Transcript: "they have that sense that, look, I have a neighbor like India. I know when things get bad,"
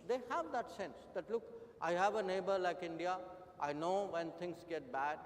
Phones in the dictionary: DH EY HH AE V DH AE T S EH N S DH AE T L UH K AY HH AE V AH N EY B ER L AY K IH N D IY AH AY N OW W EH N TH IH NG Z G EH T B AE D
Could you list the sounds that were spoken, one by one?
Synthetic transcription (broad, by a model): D EY HH AE V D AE T S EH N S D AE T L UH K AY HH AE V AH N EY B ER L AY K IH N D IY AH AY N OW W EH N T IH NG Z G EH T B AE D